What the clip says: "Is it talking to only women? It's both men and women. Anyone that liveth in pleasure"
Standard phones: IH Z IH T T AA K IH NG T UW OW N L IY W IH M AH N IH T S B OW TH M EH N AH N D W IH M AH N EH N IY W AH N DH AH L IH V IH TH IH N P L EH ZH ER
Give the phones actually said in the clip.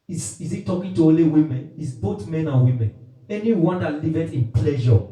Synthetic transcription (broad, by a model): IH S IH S T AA K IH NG T UW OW L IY W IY M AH N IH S B OW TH M EH N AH N W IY M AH N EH N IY W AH N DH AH L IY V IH T IH N P L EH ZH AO